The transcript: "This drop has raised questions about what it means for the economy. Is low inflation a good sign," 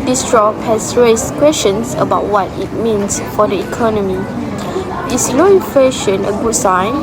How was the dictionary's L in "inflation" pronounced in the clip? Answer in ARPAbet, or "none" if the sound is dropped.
none